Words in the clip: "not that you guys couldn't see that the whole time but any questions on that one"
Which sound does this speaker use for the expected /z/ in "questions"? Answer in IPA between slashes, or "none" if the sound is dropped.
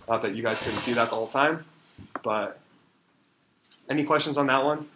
/z/